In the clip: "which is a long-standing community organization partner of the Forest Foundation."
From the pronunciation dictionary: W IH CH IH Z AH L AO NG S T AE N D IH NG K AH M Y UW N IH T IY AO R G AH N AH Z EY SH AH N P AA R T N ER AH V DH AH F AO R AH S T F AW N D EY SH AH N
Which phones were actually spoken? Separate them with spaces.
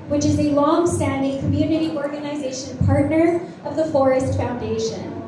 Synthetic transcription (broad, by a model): W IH CH IH Z AH L AO NG S T AE N D IH NG K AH M Y UW N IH T IY AO R G AH N AH Z EY SH AH N P AA R T N ER AH V DH AH F AO R AH S T F AW N D EY SH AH N